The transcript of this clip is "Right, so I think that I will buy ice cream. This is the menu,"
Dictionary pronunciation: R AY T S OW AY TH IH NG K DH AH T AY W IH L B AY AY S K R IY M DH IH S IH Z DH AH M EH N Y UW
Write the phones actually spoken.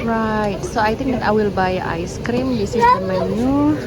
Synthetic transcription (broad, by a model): R AY T S OW AY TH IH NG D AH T AY W IH L B AY AY S K R IY M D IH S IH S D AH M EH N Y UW